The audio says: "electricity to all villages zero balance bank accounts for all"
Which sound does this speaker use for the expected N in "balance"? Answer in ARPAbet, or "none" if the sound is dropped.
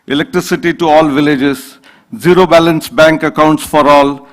N